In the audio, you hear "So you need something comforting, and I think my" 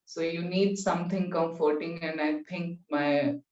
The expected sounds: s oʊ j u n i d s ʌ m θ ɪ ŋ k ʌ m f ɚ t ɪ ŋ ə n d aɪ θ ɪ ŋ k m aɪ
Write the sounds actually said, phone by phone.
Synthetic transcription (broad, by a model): s oʊ j u n i d s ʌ m t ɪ ŋ k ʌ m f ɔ t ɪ ŋ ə n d aɪ t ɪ ŋ k m aɪ